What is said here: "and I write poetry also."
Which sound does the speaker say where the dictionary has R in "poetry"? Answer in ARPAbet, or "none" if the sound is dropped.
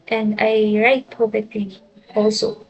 none